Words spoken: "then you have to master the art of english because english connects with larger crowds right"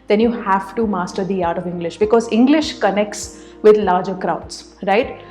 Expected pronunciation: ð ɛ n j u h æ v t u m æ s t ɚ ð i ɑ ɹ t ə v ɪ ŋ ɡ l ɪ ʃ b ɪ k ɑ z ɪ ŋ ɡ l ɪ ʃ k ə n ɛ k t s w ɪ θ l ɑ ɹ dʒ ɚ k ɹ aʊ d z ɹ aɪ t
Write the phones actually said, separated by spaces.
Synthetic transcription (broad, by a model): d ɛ n j u h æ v t u m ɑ s t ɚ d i ɑ ɹ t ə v ɪ ŋ ɡ l ɪ ʃ b ɪ k ɑ z ɪ ŋ ɡ l ɪ ʃ k ə n ɛ k t s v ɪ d l ɑ ɹ dʒ ɚ k ɹ aʊ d s ɹ aɪ t